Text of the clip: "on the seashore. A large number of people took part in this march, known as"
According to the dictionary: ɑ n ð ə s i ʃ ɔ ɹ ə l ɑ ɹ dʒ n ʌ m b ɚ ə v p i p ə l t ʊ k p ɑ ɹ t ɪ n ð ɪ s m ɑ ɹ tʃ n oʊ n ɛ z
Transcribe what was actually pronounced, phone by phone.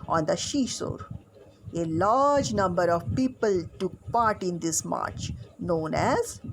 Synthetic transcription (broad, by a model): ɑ n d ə ʃ i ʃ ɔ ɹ ə l ɑ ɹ dʒ n ʌ m b ɚ ə v p i p ə l t ʊ k p ɑ ɹ t ɪ n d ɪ s m ɑ ɹ tʃ n oʊ n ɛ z